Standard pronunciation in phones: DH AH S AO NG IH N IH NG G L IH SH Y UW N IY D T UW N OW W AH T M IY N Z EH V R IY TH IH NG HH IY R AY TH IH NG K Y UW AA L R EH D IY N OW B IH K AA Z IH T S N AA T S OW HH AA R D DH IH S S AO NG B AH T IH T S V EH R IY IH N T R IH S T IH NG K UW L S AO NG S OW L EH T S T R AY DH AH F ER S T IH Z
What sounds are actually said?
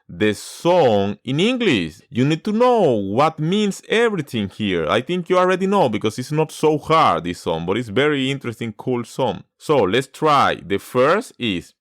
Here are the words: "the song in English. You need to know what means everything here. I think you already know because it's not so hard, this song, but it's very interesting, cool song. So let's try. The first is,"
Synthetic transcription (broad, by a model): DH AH S AO NG IH N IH NG G L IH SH Y UW N IY D T UW N OW W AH T M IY N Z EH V R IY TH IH NG HH IY R AY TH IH NG K Y UW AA L R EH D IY N OW B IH K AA S IH T S N AA T S OW HH AA R D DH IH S S AO NG B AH T IH T S V EH R IY IH N T R IH S T IH NG K UW L S AO NG S OW L EH T S T R AY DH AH F ER S T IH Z